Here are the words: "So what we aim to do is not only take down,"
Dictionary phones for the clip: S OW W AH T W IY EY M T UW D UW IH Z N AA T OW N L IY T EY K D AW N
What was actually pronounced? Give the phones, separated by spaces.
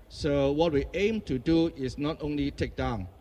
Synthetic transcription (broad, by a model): S OW W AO T W IY EY M T UW D UW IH S N AA T OW N L IY T EY K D AW N